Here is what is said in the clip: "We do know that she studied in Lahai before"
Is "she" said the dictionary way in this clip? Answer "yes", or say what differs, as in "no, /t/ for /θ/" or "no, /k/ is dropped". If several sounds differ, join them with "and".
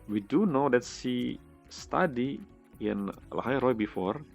no, /s/ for /ʃ/